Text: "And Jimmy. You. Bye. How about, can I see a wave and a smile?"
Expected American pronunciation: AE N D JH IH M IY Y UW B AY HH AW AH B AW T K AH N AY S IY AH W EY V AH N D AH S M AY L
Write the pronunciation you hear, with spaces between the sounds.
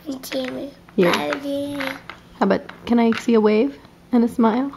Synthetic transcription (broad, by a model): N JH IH IY Y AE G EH HH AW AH B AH T K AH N AY S IY AH W EY V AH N AH S M AY L